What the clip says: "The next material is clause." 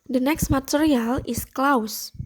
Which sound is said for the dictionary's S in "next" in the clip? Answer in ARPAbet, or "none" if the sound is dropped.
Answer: S